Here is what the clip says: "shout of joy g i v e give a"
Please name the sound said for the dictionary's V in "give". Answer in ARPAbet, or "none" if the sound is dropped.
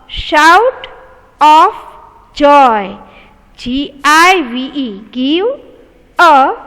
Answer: W